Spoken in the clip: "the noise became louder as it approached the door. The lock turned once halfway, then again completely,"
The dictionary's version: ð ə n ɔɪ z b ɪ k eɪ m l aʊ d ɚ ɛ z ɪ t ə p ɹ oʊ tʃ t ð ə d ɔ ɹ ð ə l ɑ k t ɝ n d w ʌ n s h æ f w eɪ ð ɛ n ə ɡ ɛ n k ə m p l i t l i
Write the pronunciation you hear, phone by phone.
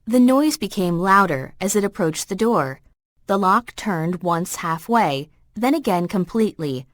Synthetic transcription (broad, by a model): ð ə n ɔɪ z b ɪ k eɪ m l aʊ d ɚ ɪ z ɪ t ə p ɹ oʊ tʃ ð ə d ɔ ɹ ð ə l ɑ k t ɝ n d w ʌ n s h æ f w eɪ ð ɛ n ə ɡ ɛ n k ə m p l i t l i